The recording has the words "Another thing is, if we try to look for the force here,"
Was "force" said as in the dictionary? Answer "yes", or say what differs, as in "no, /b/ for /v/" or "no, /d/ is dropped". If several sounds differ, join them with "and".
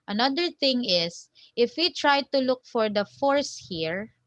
yes